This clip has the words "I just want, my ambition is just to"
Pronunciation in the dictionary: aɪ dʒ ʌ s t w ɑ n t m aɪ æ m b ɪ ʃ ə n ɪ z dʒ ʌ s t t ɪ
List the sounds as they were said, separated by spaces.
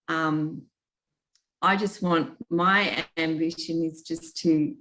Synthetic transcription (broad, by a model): aɪ dʒ ʌ s t w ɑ n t m aɪ æ m b ɪ ʃ ə n ɪ z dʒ ʌ s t t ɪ